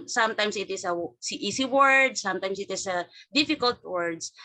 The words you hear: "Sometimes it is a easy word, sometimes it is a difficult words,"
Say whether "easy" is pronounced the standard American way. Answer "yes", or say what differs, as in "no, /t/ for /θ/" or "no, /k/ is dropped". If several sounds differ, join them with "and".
no, /s/ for /z/